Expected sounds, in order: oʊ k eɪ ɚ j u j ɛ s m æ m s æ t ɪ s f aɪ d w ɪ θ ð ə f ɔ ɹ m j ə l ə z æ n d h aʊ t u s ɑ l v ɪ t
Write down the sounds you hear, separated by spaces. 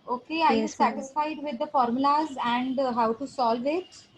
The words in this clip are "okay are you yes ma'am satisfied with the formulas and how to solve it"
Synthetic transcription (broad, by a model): oʊ k eɪ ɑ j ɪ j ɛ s s æ t ɪ s f aɪ d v ɪ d ə f ɔ ɹ m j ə l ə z æ n d h aʊ t u s ɑ l v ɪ t